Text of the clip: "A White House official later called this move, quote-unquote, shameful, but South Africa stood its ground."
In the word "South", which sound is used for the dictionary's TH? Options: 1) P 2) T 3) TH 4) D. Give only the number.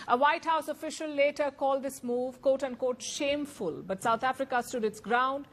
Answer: 2